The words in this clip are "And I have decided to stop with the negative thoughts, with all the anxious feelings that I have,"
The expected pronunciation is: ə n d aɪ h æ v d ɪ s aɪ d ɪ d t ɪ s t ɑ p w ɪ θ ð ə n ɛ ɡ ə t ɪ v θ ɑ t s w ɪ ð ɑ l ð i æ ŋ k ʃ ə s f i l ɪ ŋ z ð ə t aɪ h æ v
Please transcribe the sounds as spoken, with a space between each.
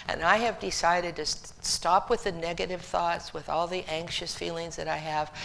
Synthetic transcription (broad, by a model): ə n aɪ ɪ v d ɪ s aɪ d ɪ d t ɪ s t ɑ p w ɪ ð ə n ɛ ɡ ə t ɪ v θ ɑ t s w ɪ ð ɑ l ð i æ ŋ k ʃ ə s f i l ɪ ŋ z ð ə t aɪ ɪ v